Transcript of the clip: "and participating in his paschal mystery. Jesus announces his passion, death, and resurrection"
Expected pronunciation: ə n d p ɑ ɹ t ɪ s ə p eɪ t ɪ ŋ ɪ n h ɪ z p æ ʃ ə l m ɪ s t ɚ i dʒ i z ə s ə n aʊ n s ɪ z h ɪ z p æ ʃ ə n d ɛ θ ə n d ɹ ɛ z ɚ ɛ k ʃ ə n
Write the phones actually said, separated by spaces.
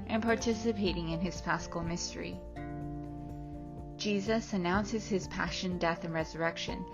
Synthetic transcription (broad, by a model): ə n p ɑ ɹ t ɪ s ə p eɪ t ɪ ŋ ɪ n ɪ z f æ s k l m ɪ s t ɚ i dʒ i z ə s ə n aʊ n s ɪ z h ɪ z p æ ʃ ə n d ɛ θ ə n ɹ ɛ z ɚ ɛ k ʃ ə n